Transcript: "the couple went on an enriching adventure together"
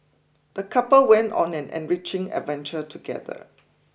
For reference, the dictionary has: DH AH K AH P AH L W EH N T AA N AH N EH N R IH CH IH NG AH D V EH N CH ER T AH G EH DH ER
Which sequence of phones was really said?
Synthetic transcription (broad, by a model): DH AH K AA P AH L W EH N T AA N AH N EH N R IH CH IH NG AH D V EH N CH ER T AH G EH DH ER